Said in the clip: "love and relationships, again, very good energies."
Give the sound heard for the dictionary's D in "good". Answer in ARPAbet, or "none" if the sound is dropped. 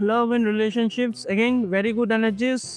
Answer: D